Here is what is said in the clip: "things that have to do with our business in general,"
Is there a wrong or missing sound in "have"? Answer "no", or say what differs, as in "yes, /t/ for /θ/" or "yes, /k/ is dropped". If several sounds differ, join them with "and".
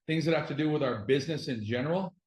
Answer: yes, /f/ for /v/